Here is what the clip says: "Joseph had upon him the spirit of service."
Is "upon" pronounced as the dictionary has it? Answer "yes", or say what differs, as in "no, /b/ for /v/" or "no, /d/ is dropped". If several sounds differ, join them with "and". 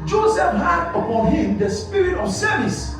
yes